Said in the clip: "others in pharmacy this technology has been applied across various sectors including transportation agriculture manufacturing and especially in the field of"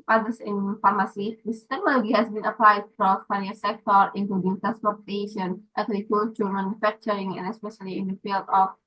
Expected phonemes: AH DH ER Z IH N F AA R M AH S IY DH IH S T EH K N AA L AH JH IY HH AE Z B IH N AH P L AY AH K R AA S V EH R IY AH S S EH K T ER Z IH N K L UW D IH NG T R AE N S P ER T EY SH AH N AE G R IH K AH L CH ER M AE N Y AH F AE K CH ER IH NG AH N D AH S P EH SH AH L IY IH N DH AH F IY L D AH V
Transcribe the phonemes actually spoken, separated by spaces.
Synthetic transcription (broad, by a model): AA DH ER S IH N F AA R M AH S IY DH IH S T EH K N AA L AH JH IY HH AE S B IH N AH P L AY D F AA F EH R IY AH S S EH K T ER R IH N K L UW D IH NG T R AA N S P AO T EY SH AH N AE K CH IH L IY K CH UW M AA N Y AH F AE K CH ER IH NG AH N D AH S P EH SH AH L IY IH N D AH F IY L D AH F